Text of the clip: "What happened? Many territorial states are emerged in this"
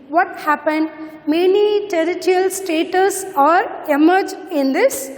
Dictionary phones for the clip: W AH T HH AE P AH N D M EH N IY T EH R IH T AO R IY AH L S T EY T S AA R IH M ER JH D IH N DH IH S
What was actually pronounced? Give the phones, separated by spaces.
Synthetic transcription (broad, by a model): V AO T HH AE P AH N D M EH N IY T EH R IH T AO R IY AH L S T EY T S AA R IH M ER JH IH N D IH S